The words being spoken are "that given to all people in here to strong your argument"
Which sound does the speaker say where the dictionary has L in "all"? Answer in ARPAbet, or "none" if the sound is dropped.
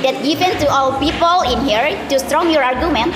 W